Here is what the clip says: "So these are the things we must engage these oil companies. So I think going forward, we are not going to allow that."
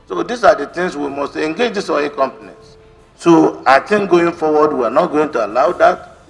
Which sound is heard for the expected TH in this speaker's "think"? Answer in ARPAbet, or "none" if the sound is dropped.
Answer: T